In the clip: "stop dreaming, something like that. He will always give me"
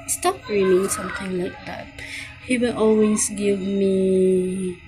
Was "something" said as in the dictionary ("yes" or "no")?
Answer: no